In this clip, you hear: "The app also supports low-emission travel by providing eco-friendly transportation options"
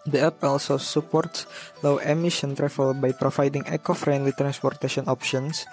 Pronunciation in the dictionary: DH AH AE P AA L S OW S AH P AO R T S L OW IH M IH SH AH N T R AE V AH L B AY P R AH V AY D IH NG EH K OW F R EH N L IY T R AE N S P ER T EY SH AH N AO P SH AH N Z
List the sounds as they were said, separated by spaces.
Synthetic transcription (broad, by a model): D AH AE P AA L S OW S AH P AO R T S L OW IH M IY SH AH N T R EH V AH L B AY P R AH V AY D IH NG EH K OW F R EH N L IY T R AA N S P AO T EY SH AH N AO P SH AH N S